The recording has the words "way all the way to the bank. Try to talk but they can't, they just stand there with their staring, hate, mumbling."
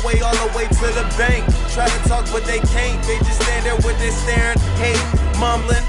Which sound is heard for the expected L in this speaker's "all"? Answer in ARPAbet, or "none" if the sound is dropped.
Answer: N